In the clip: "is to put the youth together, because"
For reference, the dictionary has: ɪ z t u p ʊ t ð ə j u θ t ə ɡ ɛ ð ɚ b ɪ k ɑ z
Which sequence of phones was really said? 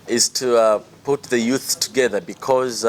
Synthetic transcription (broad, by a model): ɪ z t u p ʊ t ð ə j u θ t ə ɡ ɛ ð ɚ b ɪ k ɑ z